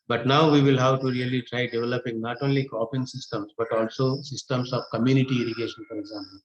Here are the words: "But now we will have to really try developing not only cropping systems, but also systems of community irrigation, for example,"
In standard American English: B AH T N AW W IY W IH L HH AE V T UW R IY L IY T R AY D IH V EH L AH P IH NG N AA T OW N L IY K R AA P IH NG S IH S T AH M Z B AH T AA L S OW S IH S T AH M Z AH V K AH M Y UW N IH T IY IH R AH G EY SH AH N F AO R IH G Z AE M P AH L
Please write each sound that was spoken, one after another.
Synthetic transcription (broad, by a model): B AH T N AW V IY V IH L HH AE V T UW R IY L IY T R AY D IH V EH L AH P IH NG N AA T OW N L IY K AA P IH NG S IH S T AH M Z B AH T AA L S OW S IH S T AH M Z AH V K AH M Y UW N IH T IY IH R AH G EY SH AH N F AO R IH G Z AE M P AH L